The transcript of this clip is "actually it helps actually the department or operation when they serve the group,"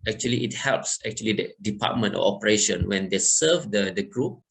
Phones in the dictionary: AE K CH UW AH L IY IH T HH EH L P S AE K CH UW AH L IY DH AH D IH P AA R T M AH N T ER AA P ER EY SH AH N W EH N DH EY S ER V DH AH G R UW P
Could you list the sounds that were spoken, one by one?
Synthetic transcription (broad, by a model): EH K CH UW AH L IY IH T HH EH L P S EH K CH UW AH L IY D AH D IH P AA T M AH N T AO AA P ER EY SH AH N W EH N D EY S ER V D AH G R UW P